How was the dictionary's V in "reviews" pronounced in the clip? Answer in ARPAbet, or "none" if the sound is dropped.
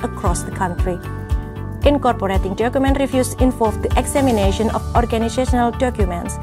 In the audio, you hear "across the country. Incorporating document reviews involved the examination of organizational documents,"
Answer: F